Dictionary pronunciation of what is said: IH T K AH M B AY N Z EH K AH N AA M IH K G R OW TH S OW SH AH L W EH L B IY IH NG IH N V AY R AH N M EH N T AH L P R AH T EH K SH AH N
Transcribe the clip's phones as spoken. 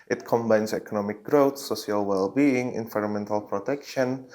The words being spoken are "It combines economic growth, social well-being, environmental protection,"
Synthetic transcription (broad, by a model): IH T K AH M B AY N S EH K AH N AA M IH K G R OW T S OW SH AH L W EH L B IY IH NG IH N V AY R AH N M EH N T AH L P R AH T EH K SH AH N